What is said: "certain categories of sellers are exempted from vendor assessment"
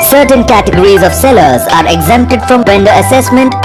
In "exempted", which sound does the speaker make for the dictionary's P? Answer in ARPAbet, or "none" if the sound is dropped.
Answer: P